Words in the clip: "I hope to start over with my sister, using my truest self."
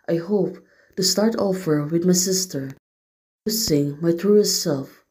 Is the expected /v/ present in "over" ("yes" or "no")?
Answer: no